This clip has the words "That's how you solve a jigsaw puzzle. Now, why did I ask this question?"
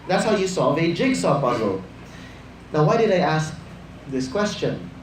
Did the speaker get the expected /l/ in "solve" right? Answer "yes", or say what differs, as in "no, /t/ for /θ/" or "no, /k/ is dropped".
no, /l/ is dropped